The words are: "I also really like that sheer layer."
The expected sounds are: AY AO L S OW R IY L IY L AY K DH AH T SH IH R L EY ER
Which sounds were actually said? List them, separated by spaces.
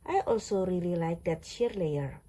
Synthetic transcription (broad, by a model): AY AO L S OW R IY L IY L AY K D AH T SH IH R L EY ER